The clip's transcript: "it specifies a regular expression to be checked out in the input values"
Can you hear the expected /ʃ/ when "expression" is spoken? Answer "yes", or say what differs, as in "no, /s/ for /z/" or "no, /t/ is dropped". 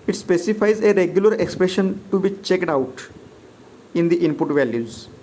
yes